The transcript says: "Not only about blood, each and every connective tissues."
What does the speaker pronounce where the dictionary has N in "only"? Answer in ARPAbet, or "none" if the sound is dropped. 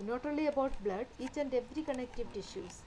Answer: none